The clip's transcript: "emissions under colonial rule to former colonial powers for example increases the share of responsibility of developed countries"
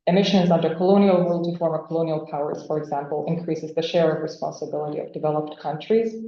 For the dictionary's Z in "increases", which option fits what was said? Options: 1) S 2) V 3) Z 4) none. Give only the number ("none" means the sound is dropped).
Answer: 3